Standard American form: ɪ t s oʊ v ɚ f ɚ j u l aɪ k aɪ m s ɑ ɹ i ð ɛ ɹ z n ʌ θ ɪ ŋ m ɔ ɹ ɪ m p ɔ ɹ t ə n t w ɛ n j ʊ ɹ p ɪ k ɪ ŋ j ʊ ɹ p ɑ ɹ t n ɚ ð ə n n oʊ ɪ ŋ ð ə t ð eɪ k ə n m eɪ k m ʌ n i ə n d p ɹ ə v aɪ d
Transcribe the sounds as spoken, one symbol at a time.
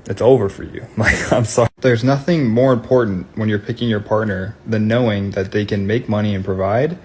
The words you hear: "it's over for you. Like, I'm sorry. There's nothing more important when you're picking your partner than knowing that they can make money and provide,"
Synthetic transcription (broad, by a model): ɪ t s oʊ v ɚ f ɚ j u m aɪ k aɪ m s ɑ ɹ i ð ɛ ɹ z n ʌ θ ɪ ŋ m ɔ ɹ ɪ m p ɔ ɹ t n t w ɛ n j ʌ ɹ p ɪ k ɪ ŋ j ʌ ɹ p ɑ ɹ t n ɚ ð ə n n oʊ ɪ ŋ ð ə t ð eɪ k ə n m eɪ k m ʌ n i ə n p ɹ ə v aɪ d